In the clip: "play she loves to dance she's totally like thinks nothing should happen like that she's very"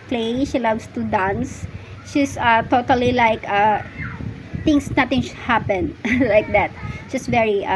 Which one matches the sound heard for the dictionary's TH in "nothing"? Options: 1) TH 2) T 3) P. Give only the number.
2